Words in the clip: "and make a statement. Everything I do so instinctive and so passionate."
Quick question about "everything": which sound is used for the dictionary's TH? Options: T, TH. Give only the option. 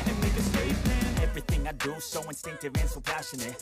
TH